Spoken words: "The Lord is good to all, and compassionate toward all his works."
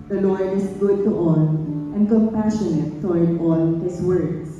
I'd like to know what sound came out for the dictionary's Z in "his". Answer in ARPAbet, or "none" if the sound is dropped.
S